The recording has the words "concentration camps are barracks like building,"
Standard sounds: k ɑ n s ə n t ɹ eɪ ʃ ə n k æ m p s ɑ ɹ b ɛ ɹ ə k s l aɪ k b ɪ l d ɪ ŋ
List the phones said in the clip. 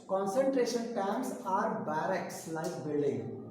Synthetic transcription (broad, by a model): k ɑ n s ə n t ɹ eɪ ʃ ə n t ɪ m s ɑ ɹ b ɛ ɹ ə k s l aɪ k b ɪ l d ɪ ŋ